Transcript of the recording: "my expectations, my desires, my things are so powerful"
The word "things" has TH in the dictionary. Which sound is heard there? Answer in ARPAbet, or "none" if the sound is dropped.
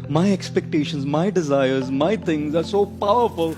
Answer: T